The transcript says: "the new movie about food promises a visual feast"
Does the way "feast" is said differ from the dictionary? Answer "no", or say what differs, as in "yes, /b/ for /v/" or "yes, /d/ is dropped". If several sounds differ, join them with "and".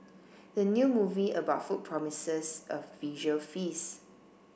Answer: yes, /t/ is dropped